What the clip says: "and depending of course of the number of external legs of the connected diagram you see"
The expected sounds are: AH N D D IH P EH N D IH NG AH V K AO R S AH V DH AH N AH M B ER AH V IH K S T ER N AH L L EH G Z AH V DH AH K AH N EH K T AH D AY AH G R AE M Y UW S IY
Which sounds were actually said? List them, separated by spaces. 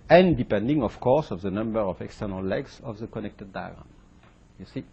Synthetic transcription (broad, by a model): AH N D D IH P EH N D IH NG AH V K AO R S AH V DH AH N AH M B ER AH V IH K S T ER N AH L L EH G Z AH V DH AH K AH N EH K T AH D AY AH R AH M Y UW S IY